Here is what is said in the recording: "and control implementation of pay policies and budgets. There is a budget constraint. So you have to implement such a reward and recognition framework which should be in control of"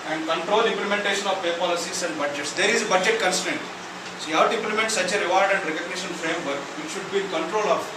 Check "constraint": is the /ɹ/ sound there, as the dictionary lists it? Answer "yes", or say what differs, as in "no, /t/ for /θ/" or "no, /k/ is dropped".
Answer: no, /ɹ/ is dropped